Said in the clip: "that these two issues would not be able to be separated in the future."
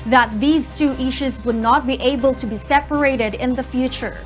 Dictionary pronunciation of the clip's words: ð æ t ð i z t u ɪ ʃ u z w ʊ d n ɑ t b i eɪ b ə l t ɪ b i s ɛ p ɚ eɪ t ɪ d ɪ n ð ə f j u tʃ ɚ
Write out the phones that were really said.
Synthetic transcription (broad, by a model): ð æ t ð i z t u ɪ ʃ u z w ʊ d n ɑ t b i eɪ b ə l t ɪ b i s ɛ p ɚ eɪ t ɪ d ɪ n ð ə f j u tʃ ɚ